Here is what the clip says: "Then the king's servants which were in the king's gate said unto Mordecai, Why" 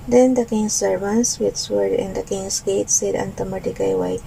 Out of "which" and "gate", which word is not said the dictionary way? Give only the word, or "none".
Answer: which